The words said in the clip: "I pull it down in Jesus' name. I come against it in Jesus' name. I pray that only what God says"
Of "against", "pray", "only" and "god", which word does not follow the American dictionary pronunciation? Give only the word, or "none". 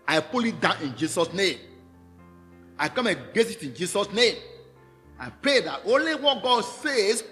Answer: against